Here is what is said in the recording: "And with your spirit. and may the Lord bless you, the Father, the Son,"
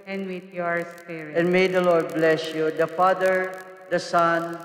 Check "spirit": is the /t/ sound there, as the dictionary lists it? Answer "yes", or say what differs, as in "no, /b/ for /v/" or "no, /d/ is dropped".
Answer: no, /t/ is dropped